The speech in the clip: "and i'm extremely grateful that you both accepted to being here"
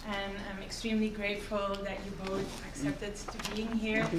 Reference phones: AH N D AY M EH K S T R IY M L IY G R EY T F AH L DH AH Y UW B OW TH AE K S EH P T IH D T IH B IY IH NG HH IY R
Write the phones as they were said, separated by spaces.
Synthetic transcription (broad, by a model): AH N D AY M EH K S T R IY M L IY G R EY T F AH L DH AH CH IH B OW TH AE K S EH P T IH D T IH B IY IH NG HH IY R